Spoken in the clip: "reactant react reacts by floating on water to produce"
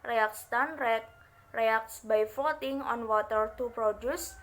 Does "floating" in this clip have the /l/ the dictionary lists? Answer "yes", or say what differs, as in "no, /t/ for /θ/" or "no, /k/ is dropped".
no, /l/ is dropped